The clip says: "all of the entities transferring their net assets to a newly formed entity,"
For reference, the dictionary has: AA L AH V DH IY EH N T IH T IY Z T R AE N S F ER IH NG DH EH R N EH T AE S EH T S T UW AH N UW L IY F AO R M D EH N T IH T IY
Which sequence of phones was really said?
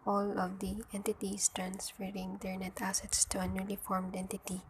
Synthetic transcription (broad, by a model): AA L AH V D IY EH N T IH T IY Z T R AE N S F ER IH NG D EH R N EH T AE S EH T S T UW AH N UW L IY F AO R M D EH N T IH T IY